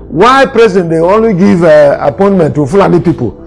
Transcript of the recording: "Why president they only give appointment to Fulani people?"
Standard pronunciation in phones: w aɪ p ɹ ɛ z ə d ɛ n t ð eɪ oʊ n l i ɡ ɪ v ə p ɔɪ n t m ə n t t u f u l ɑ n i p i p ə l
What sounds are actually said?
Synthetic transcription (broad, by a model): w aɪ p ɹ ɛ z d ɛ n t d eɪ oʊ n w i ɡ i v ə p ɔɪ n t m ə n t t u f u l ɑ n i p i p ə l